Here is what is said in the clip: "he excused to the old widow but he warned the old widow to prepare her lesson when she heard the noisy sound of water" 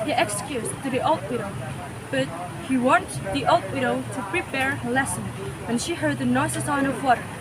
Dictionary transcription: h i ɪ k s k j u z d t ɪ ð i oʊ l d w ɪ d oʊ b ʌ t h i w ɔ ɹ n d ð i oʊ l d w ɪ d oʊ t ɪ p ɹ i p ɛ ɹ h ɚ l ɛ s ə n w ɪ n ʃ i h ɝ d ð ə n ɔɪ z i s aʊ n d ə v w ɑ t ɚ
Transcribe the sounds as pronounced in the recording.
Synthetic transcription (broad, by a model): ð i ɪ k s k j u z t ɪ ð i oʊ l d w ɪ d oʊ b ʌ t h i w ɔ n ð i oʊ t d w ɪ d oʊ t ɪ p ɹ i p ɛ ɹ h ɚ l ɛ s ə n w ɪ n ʃ i h ɝ d ð ə n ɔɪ s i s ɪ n ə v w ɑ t